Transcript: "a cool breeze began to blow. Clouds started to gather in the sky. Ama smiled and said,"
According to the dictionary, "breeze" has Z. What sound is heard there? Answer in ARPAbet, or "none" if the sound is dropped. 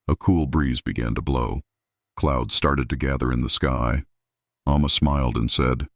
Z